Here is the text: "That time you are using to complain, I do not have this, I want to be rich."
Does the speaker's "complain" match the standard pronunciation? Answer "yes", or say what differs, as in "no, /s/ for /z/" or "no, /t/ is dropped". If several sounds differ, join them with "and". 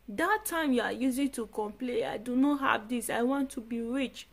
no, /n/ is dropped